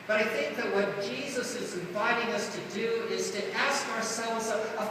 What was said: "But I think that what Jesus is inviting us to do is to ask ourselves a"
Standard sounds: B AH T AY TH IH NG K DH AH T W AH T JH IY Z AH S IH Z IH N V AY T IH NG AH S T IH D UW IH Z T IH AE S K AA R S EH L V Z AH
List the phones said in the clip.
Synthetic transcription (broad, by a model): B AH T AY TH IH NG K DH AH T W AH T JH IY Z AH S IH Z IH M V AY T IH NG AH S T IH D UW IH Z T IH AE S K AA R S EH L V Z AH